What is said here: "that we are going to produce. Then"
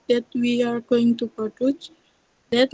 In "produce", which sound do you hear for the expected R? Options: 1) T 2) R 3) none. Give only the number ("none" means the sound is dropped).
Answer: 3